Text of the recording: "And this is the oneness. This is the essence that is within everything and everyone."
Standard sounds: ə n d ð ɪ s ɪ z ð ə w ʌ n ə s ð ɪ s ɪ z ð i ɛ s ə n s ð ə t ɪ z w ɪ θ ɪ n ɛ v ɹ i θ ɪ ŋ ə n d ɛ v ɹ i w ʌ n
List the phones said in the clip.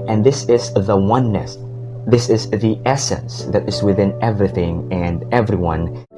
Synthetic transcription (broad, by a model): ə n ð ɪ s ɪ z ð ə w ʌ n ə s ð ɪ s ɪ z ð i ɛ s ə n s ð ə t ɪ z w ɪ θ ɪ n ɛ v ɹ i θ ɪ ŋ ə n ɛ v ɹ i w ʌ n